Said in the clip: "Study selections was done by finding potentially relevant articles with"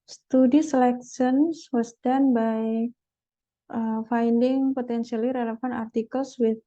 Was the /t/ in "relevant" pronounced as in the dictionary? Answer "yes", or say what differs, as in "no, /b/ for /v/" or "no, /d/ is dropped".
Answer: no, /t/ is dropped